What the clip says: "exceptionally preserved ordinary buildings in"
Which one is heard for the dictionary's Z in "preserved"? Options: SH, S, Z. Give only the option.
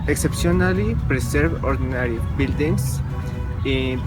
S